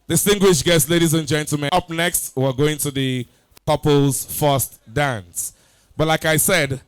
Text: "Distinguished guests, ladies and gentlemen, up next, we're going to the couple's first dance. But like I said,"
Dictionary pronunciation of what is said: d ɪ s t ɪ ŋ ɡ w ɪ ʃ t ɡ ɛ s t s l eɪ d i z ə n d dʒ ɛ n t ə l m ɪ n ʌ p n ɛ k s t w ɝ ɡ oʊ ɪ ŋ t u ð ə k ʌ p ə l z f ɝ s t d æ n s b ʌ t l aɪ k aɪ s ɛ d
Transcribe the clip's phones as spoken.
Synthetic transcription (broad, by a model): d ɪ s t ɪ ŋ ɡ w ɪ ʃ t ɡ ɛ s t l eɪ d i z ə n dʒ ɛ n t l m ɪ ʌ p n ɛ k s t w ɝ ɡ oʊ ɪ ŋ t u ð ə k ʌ p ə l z f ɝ s t d æ n s b ʌ t l aɪ k aɪ s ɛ d